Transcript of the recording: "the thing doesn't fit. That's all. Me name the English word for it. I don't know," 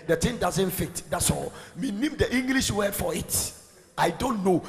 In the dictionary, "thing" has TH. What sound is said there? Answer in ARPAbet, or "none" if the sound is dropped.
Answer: T